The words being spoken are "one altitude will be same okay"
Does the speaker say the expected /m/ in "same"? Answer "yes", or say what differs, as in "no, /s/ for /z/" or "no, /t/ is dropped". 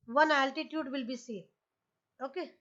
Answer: no, /m/ is dropped